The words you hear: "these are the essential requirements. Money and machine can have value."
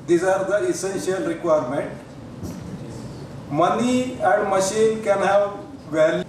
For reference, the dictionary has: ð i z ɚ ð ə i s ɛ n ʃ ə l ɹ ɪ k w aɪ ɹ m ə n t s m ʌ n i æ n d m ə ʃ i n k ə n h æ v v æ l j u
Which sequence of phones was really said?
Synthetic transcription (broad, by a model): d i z ɚ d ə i s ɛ n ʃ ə l ɹ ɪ k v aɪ ɹ m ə n t m ʌ n i æ n d m ə ʃ i n k ə n h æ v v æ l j